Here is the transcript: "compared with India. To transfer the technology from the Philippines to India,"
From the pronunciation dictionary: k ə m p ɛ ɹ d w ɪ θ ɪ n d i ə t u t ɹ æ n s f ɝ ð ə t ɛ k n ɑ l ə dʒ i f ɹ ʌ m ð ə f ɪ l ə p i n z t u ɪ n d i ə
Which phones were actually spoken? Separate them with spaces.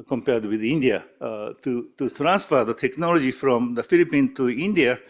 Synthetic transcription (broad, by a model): k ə m p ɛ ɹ d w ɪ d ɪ n d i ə t u t ɹ æ n s f ɝ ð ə t ɛ k n ɑ l ə dʒ i f ɹ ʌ m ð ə f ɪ l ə p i n t u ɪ n d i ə